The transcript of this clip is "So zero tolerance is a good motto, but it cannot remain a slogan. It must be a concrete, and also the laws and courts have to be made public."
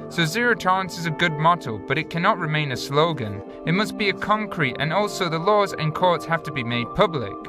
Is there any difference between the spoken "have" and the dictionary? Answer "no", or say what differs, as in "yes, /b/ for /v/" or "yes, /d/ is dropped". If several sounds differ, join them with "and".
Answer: yes, /f/ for /v/